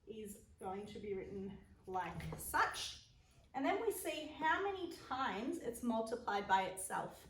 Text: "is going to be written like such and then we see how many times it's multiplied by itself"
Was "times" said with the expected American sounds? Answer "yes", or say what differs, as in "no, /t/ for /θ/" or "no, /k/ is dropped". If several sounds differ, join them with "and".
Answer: yes